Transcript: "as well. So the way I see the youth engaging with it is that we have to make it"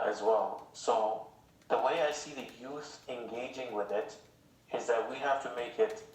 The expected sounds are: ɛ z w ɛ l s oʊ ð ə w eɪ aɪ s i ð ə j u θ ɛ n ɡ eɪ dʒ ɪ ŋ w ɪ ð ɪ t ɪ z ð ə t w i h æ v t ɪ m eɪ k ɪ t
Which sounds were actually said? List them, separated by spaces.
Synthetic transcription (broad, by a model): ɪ z w ɛ l s oʊ ð ə w eɪ aɪ s i ð ə j u θ ɛ n ɡ eɪ dʒ ɪ ŋ w ɪ ð ɪ t ɪ z ð ə t w i h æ f t ɪ m eɪ k ɪ t